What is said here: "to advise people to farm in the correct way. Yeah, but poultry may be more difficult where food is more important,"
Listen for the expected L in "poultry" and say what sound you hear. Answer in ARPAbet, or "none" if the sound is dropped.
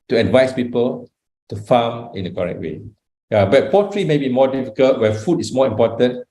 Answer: none